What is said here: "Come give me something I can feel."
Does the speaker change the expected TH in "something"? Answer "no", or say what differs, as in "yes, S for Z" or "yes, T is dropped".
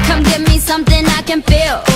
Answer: no